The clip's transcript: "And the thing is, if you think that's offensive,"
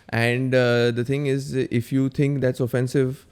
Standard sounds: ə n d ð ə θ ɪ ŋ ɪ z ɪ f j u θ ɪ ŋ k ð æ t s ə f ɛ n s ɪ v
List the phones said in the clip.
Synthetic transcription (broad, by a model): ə n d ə t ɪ ŋ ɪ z ɪ f j u t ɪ ŋ k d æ t s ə f ɛ n s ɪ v